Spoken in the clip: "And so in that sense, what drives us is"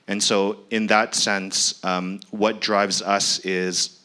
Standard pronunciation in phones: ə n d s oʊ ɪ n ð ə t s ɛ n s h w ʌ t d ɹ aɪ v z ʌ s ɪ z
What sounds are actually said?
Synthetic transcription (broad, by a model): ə n s oʊ ɪ n ð ə t s ɛ n s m w ʌ t d ɹ aɪ v z ʌ s ɪ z